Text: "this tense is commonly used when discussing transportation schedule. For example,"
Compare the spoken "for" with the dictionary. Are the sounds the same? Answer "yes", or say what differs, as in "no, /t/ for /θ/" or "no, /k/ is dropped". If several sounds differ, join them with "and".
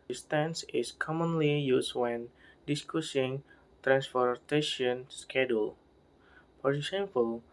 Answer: no, /p/ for /f/